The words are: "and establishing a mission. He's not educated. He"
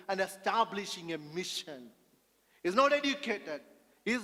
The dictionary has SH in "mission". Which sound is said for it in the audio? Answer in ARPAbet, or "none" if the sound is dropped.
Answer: SH